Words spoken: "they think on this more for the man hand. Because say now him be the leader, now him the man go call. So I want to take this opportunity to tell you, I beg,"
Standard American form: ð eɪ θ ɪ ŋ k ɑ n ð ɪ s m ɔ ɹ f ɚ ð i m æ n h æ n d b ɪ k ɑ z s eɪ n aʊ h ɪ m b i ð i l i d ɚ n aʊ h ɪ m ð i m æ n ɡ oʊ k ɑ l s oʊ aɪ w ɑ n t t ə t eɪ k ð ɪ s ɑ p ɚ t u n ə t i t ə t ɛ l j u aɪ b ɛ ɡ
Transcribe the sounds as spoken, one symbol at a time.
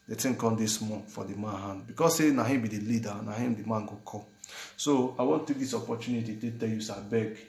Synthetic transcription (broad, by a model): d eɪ t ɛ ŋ k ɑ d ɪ s m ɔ f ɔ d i m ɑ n h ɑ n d b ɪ k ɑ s s eɪ n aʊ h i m b i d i l i d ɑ n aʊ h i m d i m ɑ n ɡ oʊ k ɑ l s oʊ aɪ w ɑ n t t t eɪ k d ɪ s ɑ p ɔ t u n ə t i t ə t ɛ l j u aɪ b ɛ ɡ